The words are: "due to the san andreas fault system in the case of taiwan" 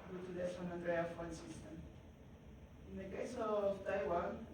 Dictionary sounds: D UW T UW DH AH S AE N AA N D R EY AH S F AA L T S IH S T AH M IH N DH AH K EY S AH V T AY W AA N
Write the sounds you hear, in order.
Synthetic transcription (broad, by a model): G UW T UW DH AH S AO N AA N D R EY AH F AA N S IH S T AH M IH N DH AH K EY S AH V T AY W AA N